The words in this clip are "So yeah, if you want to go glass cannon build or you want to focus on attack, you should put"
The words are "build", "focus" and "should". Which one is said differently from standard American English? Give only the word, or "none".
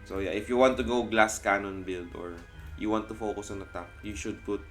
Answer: none